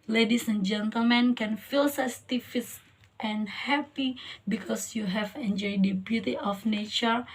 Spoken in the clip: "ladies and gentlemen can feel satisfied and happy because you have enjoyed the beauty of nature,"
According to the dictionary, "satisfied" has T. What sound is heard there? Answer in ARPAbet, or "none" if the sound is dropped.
S